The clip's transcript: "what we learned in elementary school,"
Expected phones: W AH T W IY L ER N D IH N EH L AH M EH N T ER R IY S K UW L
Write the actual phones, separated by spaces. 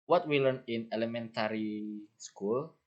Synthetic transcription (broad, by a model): W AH T W IY L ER N IH N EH L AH M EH N T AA R IY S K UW L